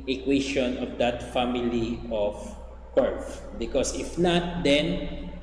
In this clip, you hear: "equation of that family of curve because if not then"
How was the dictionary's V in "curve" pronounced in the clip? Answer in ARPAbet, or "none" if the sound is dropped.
F